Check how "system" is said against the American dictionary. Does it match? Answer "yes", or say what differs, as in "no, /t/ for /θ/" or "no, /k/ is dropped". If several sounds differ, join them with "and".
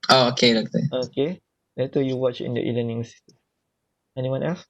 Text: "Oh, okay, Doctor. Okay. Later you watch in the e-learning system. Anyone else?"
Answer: no, /m/ is dropped